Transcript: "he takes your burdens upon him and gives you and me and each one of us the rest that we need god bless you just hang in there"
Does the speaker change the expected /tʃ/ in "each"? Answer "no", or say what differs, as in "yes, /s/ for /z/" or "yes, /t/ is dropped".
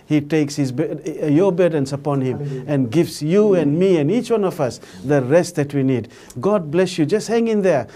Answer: no